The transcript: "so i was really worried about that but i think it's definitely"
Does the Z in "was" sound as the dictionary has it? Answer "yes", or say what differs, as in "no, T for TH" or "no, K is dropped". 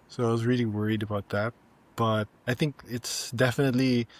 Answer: yes